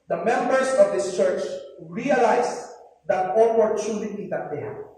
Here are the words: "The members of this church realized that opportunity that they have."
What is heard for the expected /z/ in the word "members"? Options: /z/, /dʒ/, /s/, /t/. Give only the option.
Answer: /s/